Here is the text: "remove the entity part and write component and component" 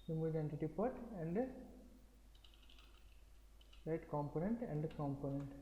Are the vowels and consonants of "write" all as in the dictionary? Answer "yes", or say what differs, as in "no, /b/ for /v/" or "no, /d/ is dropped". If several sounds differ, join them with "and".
no, /l/ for /ɹ/